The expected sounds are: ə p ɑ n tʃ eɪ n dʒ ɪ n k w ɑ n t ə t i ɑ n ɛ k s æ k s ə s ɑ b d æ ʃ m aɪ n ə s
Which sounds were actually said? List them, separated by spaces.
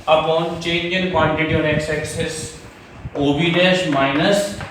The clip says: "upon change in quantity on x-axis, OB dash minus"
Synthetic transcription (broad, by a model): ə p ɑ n tʃ eɪ n dʒ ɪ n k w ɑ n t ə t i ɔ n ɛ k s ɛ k s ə s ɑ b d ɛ s m aɪ n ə s